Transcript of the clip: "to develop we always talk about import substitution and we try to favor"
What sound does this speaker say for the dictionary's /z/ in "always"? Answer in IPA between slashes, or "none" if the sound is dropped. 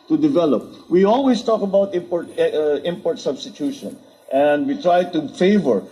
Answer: /s/